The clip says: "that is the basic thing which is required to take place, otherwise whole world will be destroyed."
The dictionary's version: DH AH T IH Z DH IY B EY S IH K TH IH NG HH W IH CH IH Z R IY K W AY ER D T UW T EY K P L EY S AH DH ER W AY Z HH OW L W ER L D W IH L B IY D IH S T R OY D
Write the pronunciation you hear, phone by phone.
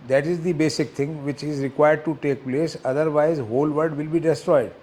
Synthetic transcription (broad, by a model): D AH T IH Z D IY B EY S IH K T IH NG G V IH CH IH Z R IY K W AY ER D T UW T EY K P L EY S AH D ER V AY Z HH OW L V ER D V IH L B IY D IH S T R OY D